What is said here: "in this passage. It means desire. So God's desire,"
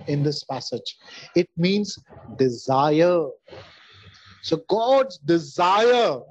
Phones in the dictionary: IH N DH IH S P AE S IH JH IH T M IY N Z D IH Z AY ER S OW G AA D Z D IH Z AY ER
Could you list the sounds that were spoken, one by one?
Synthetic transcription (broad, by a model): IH N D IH S P AE S IH JH IH T M IY N Z D IH Z AY ER S OW G AA D Z D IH Z AY ER